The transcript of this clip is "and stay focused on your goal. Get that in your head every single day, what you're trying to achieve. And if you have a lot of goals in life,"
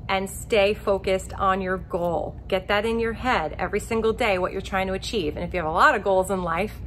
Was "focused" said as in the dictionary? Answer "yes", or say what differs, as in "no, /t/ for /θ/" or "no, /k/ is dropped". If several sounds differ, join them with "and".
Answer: yes